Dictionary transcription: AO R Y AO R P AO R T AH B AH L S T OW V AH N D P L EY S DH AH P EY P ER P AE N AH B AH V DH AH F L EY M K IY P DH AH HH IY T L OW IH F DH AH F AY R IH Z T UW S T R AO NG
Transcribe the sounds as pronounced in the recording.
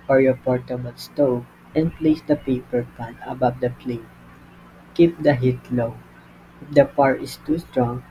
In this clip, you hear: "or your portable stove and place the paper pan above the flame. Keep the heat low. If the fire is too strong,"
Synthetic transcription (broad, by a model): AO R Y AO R P AO R T AH B AH L S T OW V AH N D P L EY S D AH P EY P ER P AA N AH B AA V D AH P L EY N K IY P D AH HH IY T L OW IH F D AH P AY R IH S T UW S T R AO NG